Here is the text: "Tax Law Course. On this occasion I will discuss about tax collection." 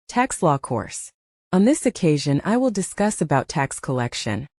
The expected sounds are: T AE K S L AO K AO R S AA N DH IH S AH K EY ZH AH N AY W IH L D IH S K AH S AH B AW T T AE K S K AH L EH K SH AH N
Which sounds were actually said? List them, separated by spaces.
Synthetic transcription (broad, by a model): T AE K S L AO K AO R S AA N DH IH S AH K EY ZH AH N AY W IH L D IH S K AH S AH B AW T T AE K S K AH L EH K SH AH N